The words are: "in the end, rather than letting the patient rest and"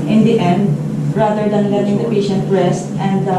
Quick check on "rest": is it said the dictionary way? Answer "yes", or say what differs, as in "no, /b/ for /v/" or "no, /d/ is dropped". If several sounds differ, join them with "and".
yes